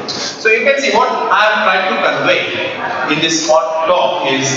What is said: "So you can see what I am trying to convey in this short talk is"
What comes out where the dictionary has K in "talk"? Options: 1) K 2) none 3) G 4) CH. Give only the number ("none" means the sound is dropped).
2